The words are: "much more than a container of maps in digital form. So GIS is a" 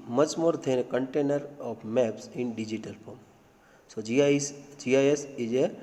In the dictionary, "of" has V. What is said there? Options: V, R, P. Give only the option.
P